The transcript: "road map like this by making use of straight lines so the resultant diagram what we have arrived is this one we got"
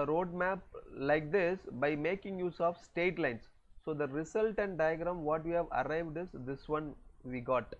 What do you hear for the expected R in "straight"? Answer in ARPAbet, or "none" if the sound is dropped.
none